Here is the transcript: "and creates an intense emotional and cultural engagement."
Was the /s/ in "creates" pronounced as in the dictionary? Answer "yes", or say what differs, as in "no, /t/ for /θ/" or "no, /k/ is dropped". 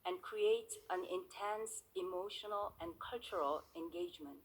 no, /s/ is dropped